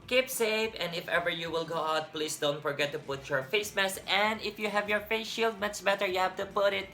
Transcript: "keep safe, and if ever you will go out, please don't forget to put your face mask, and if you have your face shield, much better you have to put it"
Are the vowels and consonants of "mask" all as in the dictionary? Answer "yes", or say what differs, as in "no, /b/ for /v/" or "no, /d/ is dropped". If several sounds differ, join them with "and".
no, /k/ is dropped